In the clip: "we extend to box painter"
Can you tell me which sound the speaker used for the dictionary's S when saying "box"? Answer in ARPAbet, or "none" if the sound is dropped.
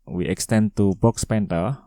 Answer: S